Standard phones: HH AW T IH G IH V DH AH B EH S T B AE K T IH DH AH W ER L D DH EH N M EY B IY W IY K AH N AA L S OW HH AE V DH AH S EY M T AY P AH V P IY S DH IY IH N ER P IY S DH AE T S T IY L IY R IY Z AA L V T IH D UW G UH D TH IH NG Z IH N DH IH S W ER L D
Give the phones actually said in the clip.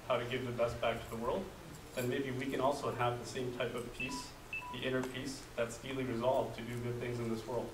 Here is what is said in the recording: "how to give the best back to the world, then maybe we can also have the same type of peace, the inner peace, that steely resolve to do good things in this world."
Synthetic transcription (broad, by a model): HH AW T IH G IH V DH AH B EH S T B AE K T IH DH AH W ER L D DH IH N M EY B IY W IY K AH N AA L S OW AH V DH AH S EY M T AY P AH V P IY S DH IY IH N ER P IY S DH AE T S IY L IY R IY Z AA L V T IH D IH G UH D TH IH NG Z IH N DH IH S W ER L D